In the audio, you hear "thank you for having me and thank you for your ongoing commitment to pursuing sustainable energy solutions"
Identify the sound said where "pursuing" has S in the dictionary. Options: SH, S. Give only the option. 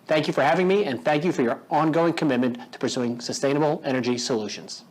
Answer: S